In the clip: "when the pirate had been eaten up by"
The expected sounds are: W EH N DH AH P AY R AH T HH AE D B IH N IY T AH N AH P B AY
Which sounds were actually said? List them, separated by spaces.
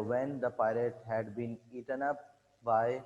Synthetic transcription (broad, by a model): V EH N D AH P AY L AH T HH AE D B IH N IY T AH N AH P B AY